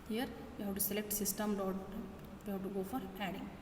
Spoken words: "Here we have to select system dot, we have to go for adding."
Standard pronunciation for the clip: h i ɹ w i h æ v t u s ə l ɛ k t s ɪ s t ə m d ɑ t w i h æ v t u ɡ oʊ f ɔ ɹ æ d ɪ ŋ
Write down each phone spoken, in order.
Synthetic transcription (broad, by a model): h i ɹ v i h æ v t u s ə l ɛ k t s ɪ s t ə m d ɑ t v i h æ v t u ɡ oʊ f ɔ ɹ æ d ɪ ŋ